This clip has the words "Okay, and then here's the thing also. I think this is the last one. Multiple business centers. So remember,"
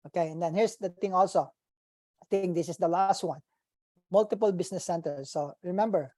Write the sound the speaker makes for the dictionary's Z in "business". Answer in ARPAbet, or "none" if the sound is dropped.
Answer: S